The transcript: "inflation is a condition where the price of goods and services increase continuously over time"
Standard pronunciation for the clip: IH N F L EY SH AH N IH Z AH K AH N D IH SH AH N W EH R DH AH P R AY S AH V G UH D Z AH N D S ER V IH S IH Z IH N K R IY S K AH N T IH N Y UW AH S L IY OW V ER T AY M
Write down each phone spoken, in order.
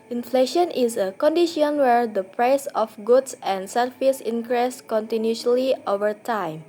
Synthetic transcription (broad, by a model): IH N F L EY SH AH N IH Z AH K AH N D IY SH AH N W EH R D AH P R AY S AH F G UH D S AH N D S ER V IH S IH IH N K R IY S K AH N T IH N Y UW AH L IY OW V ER T AY M